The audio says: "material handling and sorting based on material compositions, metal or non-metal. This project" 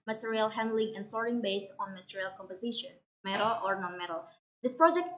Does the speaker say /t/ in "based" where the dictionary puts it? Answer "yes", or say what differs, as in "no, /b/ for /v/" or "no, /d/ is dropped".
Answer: yes